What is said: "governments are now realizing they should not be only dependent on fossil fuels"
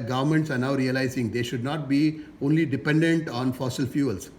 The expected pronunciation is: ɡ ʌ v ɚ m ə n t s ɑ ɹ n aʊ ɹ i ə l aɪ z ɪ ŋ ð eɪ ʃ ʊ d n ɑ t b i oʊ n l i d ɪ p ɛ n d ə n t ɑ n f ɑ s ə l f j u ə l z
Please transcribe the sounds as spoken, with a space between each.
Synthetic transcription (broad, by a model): ɡ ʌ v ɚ m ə n t s ɑ ɹ n aʊ ɹ i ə l aɪ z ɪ ŋ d eɪ ʃ ʊ d n ɑ t b i oʊ n l i d ɪ p ɛ n d ə n t ɑ n f ɑ s ə l f j u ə l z